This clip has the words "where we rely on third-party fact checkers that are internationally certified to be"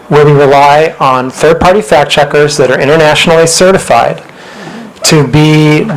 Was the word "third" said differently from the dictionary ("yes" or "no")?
no